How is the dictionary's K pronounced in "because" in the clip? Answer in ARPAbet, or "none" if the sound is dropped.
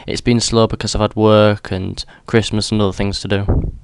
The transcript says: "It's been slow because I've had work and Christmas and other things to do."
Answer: K